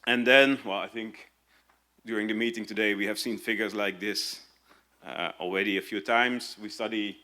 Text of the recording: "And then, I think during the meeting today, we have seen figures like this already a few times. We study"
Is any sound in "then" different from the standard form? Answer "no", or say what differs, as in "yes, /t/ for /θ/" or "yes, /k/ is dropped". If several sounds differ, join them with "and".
yes, /l/ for /n/